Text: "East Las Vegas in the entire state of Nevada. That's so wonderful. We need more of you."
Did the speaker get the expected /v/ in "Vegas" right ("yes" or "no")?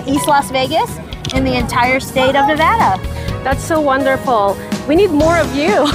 yes